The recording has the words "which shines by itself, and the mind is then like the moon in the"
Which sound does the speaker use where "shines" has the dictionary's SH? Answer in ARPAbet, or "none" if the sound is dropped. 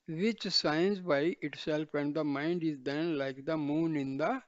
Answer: S